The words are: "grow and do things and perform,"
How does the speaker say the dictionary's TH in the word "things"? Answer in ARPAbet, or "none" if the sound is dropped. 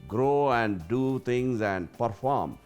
T